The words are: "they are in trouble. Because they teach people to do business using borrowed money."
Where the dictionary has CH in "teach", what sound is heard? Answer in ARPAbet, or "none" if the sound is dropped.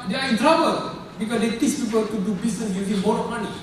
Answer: S